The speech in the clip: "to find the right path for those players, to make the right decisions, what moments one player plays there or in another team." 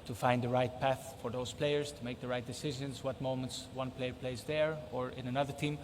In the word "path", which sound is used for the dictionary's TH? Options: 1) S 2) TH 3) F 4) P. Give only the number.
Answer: 2